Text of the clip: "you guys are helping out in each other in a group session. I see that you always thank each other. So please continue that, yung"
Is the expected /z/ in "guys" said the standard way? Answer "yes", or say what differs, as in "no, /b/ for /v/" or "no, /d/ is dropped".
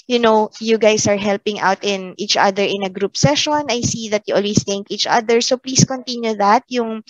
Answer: no, /s/ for /z/